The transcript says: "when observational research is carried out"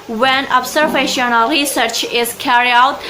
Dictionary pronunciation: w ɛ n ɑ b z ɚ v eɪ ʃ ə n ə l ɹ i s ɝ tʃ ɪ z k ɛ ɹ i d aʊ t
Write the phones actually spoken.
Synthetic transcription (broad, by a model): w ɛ n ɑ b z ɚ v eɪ ʃ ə n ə l ɹ i s ɝ tʃ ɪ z k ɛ ɹ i aʊ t